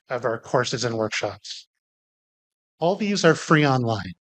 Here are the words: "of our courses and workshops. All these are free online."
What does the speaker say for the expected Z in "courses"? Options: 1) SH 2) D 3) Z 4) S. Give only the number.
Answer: 3